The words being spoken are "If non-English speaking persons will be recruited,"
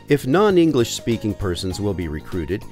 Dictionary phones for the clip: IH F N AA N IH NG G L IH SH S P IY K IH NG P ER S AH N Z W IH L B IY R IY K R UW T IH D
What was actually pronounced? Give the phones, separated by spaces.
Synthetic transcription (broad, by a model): IH F N AA N IH NG G L IH SH S P IY K IH NG P ER S AH N Z W IH L B IY R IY K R UW T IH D